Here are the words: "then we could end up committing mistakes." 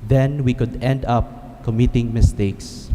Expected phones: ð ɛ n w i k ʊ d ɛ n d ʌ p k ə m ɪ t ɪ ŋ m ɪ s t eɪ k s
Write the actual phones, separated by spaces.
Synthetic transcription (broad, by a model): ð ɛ n w i k ʊ d ɛ n d ʌ p k ə m ɪ t ɪ ŋ m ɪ s t eɪ k s